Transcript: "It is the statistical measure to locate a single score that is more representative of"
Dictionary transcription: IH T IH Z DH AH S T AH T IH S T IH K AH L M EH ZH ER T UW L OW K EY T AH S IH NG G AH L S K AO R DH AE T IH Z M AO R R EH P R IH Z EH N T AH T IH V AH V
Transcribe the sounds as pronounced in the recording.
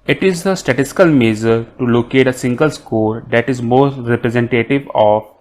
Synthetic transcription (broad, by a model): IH T IH Z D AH S T AH T IH S T IH K AH L M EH Z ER T UW L OW K EY T AH S IH NG G AH L S K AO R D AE T IH Z M AO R R EH P R IH Z EH N T AH T IH V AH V